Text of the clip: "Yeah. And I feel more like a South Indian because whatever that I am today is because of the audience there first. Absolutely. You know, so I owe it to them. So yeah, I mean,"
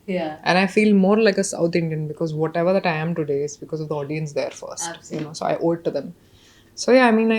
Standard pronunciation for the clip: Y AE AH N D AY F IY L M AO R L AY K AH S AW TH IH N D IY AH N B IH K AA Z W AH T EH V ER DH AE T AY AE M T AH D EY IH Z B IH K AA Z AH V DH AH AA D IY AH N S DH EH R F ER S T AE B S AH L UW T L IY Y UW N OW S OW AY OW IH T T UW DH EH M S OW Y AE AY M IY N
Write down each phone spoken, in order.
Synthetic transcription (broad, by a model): Y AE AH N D AY F IY L M AO R L AY K AH S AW T IH N D IY AH N B IH K AA Z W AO T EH V ER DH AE T AY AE M T AH D EY IH Z B IH K AA Z AH V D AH AA D IY AH N S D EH R F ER T S T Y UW N OW S OW AY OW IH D T UW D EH M S OW Y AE AY M IY N